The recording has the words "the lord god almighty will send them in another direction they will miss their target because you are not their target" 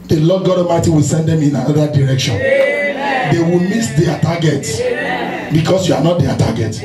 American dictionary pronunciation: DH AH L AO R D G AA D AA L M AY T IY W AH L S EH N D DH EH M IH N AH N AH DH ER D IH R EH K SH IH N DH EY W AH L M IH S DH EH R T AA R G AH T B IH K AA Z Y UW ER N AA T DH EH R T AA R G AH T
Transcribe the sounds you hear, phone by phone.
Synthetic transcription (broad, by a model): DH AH L AO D G AA D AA M AY T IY W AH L S EH N D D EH M IH N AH N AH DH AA D IH R EH K SH IH N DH EY W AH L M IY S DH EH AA T AA G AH T B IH K AA S Y UW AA N AA T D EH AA T AA G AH T